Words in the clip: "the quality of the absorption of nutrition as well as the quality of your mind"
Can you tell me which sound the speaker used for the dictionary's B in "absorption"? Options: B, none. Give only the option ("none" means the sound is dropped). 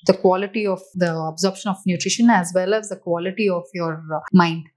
B